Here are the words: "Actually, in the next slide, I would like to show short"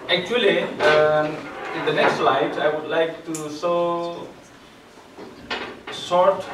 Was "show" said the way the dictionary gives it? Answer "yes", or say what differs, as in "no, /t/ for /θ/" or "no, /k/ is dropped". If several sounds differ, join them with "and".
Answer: no, /s/ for /ʃ/